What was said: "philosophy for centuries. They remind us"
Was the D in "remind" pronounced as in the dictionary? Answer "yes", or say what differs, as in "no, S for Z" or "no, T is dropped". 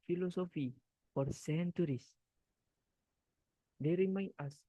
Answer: no, D is dropped